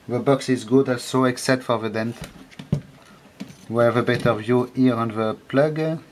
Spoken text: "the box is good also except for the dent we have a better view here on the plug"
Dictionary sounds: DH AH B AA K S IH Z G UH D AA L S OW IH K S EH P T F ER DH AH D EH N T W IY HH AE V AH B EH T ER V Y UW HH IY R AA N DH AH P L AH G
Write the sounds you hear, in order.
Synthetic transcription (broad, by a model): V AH B AA K S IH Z G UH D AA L S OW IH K S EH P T F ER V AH D EH N T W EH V AH B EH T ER V Y UW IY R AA N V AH P L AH G